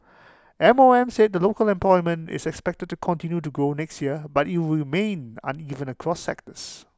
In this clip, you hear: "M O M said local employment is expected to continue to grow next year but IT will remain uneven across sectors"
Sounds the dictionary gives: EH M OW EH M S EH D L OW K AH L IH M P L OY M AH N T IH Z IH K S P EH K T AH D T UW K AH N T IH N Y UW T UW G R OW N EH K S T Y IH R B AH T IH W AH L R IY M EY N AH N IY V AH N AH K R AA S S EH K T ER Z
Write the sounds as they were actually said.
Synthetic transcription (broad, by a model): EH M OW EH M S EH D L OW K AH L IH M P L OY M AH N T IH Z IH K S P EH K T AH D T UW K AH N T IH N Y UW T UW G OW N EH K S T Y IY AH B IH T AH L R IY M EY N AH N IY V AH N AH K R AA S S EH K T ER S